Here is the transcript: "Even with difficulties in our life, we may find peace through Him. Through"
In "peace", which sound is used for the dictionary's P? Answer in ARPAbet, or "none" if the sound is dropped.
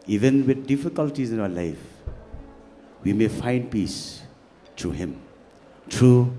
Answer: P